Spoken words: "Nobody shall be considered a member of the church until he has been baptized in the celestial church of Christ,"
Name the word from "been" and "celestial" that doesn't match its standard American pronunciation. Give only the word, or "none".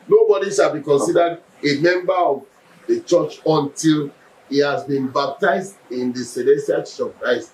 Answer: celestial